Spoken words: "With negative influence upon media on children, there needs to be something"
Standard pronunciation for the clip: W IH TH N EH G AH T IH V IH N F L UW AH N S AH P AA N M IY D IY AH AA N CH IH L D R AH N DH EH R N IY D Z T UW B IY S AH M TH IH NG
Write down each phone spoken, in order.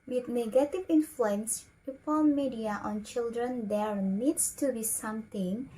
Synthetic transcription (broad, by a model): W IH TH N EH G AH T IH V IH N F L UW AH N S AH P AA L M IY D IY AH AA N CH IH L D R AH N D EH R N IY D S T UW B IY S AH M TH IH NG